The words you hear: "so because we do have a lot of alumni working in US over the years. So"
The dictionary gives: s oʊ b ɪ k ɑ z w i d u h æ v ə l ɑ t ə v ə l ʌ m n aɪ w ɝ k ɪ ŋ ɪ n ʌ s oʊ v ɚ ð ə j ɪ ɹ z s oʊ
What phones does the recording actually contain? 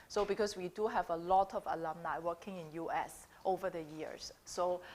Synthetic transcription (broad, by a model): s oʊ b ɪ k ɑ s w i d u h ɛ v ə l ɑ t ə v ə l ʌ m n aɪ w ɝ k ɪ ŋ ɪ n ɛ s oʊ v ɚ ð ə j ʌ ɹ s oʊ